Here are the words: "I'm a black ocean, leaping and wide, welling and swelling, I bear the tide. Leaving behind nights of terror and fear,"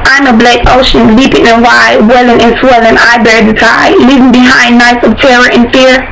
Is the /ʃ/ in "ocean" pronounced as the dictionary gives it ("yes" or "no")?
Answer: yes